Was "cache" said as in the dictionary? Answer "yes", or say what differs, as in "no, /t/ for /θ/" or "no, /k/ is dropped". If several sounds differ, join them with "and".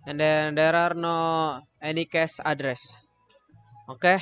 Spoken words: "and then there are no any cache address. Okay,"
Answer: no, /s/ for /ʃ/